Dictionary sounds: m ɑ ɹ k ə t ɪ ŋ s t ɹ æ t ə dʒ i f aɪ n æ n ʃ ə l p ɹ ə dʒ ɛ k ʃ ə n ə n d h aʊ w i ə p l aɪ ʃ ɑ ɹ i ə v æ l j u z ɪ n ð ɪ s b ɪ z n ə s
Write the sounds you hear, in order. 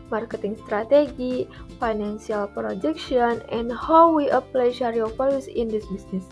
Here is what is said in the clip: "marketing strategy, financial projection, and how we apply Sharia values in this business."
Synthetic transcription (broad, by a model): m ɑ ɹ k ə t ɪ ŋ s t ɹ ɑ t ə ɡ i f aɪ n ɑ n s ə l p ɹ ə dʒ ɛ k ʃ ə n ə n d h aʊ w i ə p l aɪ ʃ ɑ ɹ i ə f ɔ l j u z ɪ n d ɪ s b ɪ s n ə s